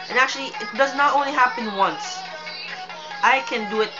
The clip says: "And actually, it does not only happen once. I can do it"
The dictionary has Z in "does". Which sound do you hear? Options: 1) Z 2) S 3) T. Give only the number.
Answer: 1